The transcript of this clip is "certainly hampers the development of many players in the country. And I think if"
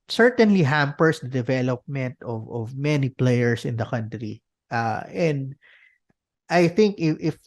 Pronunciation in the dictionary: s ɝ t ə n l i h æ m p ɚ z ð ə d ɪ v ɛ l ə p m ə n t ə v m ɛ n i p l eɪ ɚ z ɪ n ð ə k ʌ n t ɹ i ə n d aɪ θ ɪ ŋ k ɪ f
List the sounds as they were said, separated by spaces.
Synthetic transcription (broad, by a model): s ɝ t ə n l i h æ m p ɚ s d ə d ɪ v ɛ l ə p m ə n t ə v m ɛ n i p l eɪ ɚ s ɪ n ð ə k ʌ n t ɹ i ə n d aɪ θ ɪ ŋ k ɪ f